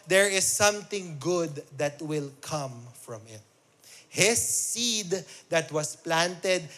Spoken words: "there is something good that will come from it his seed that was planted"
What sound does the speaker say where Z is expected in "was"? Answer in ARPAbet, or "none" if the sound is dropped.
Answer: S